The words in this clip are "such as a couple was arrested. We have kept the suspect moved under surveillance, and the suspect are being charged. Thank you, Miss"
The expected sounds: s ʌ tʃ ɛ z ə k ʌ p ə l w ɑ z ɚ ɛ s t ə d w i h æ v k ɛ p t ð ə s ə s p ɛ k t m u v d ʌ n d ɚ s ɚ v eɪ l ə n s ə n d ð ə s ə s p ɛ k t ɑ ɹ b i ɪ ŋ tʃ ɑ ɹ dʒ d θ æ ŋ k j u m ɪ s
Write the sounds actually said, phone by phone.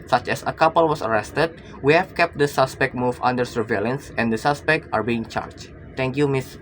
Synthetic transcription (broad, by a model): s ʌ tʃ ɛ s ə k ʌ p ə l w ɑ s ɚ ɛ s t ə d w i h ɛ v k ɛ p t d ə s ə s p ɛ k t m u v ʌ n d ɚ s ɚ v eɪ l ə n s ə n d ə s ə s p ɛ k t ɑ ɹ b i ɪ ŋ tʃ ɑ ɹ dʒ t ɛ ŋ k j u m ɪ s